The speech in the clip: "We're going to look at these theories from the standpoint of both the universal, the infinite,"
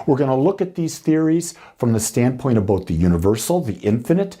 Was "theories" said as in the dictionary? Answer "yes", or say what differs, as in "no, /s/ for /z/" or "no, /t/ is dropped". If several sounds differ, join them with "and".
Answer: yes